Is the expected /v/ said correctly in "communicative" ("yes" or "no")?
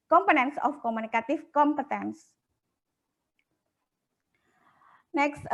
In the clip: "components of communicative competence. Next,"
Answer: no